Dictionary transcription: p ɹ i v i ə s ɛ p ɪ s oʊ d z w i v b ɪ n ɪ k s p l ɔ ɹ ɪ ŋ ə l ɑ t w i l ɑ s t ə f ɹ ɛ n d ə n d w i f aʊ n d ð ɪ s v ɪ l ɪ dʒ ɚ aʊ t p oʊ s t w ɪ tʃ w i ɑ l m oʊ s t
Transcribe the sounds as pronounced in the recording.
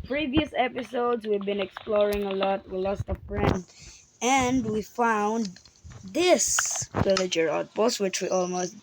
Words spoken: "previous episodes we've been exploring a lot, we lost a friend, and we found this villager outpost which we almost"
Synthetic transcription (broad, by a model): p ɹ i v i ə s ɛ p ɪ s oʊ d z w i v b ɪ n ɪ k s p l ɔ ɹ ɪ ŋ ə l ɑ t w i l ɑ s t ə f ɹ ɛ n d ə n d w i f aʊ n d ð ɪ s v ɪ l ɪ dʒ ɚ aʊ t b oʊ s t w ɪ tʃ w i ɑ l m oʊ s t